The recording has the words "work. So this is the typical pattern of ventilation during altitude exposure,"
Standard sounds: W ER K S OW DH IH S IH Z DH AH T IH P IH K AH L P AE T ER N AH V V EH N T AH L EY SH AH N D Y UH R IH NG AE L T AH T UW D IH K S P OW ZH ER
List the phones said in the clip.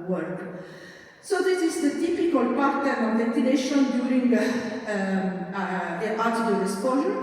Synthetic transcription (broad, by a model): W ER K S OW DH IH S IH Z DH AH T IH P IH K AH L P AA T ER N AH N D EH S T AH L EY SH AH N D Y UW R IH NG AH T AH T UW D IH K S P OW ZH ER